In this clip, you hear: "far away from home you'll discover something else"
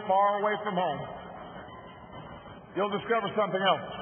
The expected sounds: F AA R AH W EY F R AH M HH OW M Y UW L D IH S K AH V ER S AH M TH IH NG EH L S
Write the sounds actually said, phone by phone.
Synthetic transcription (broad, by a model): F AA R AH W EY F R AH M HH OW M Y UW L D IH S K AH V ER S AH M TH IH NG EH L S